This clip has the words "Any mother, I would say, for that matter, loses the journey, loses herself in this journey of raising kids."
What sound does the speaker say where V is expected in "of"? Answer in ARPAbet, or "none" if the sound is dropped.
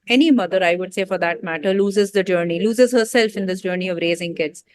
V